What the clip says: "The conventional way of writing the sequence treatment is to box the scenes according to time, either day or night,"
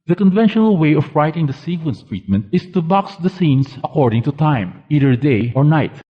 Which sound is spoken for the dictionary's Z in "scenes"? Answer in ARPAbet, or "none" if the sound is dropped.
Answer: S